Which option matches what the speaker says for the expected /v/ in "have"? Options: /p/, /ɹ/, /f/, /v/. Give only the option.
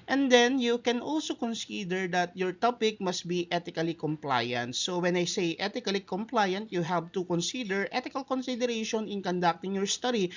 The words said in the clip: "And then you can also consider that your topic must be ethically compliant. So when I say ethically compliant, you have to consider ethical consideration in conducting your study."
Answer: /p/